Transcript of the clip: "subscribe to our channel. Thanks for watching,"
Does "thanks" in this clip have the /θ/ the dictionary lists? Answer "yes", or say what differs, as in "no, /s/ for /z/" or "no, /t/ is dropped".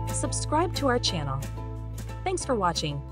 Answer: yes